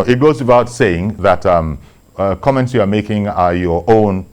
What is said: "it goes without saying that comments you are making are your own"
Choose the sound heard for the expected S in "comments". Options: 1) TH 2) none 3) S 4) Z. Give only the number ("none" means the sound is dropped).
3